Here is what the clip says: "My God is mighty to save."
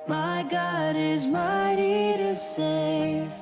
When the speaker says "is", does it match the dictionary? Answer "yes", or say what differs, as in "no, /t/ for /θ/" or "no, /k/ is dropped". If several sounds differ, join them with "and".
yes